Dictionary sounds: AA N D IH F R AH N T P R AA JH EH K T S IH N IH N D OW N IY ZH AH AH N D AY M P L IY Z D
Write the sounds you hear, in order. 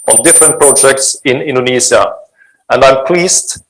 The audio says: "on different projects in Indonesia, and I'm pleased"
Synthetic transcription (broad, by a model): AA N D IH F R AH N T P R AA JH EH K T S IH N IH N D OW N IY Z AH AH N D AY M P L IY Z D